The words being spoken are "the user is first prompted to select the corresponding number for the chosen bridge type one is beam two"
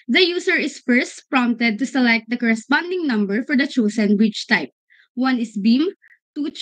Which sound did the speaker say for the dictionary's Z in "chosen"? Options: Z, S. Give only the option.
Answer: S